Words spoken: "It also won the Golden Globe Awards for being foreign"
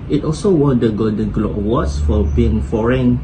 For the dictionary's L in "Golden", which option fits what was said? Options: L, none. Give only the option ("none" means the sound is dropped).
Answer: none